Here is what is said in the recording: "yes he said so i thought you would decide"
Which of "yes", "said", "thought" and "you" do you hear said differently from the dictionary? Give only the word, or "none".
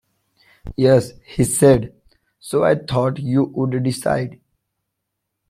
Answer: thought